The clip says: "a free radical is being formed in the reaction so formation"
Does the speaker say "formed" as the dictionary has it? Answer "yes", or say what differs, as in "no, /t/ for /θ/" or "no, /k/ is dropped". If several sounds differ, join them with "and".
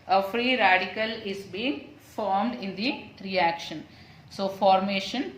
yes